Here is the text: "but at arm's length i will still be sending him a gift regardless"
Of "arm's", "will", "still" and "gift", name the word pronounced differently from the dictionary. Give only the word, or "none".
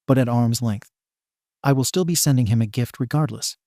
none